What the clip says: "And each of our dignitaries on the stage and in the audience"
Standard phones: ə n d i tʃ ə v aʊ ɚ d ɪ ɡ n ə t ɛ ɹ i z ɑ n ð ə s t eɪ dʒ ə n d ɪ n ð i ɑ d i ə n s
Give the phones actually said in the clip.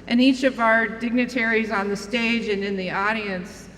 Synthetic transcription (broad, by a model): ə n i tʃ ə v aʊ ɚ d ɪ ɡ n ə t ɛ ɹ i z n ð ə s t eɪ dʒ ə n ɪ n ð i ɑ d i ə n s